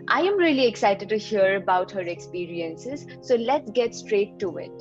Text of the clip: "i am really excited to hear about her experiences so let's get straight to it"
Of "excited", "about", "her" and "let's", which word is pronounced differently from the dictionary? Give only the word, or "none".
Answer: none